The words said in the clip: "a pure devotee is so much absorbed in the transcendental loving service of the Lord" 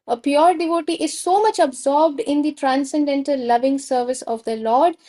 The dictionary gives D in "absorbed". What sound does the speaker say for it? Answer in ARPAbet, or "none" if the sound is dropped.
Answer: D